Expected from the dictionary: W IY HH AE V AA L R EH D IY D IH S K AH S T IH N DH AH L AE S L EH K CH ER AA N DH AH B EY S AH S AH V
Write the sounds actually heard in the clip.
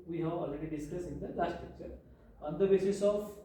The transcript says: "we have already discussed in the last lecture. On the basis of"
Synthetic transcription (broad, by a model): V IY HH AE V AA L R EH D IY D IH S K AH S IH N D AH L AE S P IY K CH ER AA N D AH B EY S AH S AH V